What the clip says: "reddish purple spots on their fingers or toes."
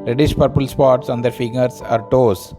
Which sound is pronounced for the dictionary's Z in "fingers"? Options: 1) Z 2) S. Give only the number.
2